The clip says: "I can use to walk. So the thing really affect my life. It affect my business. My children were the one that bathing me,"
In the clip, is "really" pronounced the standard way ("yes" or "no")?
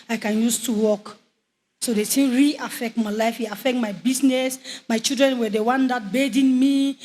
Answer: no